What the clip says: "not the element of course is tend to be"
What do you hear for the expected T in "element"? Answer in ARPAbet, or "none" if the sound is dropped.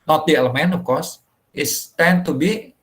none